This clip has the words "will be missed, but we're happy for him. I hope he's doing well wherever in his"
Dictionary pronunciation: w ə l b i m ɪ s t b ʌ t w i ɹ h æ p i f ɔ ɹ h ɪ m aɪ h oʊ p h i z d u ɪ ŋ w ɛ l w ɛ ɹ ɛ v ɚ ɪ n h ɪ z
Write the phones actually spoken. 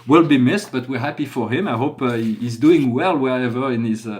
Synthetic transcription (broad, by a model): w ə l b i m ɪ s t b ʌ t w i ɹ h æ p i f ɔ ɹ h ɪ m aɪ h oʊ p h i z d u ɪ ŋ w ɛ l w ɛ ɹ ɛ v ɚ ɪ n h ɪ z